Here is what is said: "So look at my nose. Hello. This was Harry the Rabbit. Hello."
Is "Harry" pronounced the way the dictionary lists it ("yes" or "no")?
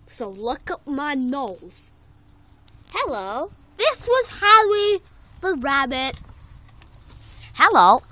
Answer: no